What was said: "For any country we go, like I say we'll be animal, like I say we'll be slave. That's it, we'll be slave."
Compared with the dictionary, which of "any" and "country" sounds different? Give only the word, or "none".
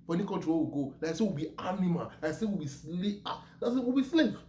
country